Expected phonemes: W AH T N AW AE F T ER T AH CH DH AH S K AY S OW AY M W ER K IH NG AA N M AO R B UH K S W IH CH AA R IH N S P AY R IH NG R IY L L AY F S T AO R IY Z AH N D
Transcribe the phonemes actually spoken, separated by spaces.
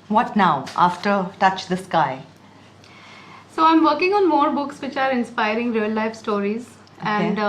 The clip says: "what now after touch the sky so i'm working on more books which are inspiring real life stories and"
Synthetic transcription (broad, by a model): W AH T N AW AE F T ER T AH CH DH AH S K AY S OW AY M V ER K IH NG AA N M AO R B UH K S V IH CH AA R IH N S P AY R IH NG R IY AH L AY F S T AO R IY Z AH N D